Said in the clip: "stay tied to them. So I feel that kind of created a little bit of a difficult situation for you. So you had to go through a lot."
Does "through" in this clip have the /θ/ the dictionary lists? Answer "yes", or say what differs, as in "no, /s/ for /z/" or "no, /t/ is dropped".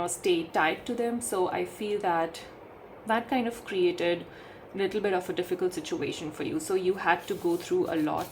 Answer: no, /t/ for /θ/